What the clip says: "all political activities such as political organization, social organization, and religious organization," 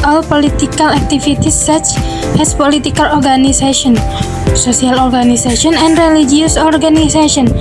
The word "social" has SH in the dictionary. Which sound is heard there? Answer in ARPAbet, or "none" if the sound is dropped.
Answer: S